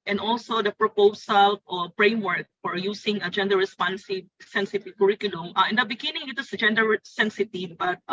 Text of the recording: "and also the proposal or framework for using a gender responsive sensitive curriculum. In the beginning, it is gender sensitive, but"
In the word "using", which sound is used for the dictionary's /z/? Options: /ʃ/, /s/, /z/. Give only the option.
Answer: /s/